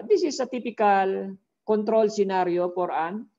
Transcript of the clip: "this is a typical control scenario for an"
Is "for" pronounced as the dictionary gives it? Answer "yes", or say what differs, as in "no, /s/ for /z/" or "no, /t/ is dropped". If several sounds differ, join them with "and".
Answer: no, /p/ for /f/